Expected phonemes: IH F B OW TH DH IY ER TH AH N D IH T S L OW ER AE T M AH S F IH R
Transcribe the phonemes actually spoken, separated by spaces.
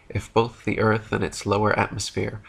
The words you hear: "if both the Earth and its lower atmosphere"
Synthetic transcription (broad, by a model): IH F B OW TH DH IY ER TH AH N IH T S L OW ER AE T M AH S F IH R